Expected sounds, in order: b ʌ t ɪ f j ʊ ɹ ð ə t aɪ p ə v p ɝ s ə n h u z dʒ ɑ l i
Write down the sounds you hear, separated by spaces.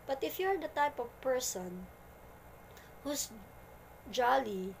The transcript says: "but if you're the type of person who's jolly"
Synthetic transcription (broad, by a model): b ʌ t ɪ f j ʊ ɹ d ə t aɪ p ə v p ɝ s ə n h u s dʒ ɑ l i